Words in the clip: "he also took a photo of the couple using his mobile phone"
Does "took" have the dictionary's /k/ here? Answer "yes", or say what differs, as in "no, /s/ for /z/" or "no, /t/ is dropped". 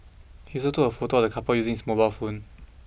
no, /k/ is dropped